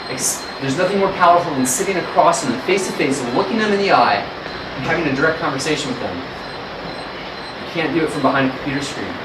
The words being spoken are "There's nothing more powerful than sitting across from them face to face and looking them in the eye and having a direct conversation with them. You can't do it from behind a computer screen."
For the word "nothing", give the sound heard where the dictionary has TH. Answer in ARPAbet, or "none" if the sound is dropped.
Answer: TH